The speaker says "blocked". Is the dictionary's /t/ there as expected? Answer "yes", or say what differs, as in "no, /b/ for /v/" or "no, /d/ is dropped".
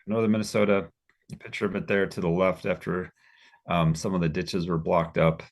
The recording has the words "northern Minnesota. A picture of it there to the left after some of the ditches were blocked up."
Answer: yes